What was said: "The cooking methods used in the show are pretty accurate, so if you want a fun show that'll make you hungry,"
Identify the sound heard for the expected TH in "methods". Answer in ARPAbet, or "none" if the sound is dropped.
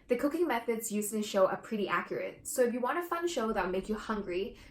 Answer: TH